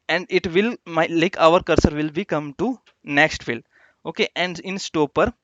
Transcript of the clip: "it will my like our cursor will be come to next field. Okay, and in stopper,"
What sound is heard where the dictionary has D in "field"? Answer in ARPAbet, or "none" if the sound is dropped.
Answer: none